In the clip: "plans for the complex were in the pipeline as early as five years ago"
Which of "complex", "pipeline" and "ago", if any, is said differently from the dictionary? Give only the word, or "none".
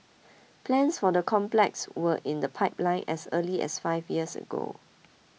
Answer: none